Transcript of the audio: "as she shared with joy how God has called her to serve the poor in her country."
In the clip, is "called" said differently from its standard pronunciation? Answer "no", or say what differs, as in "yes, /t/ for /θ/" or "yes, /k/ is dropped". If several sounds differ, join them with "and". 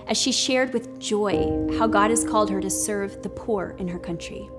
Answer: no